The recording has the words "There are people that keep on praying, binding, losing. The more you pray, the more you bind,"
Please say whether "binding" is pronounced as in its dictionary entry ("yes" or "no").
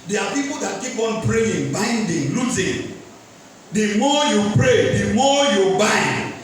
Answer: yes